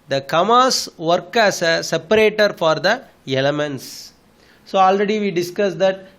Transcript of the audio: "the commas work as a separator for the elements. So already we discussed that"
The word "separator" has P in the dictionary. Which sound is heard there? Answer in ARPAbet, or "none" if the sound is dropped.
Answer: P